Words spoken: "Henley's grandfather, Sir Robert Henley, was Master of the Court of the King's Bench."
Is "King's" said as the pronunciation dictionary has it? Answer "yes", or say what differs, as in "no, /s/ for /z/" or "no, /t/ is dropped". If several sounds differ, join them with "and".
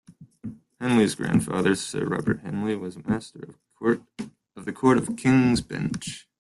yes